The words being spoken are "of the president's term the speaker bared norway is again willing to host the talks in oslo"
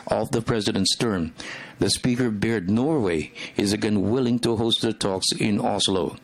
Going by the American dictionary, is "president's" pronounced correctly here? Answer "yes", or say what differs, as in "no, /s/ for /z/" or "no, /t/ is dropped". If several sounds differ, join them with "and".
yes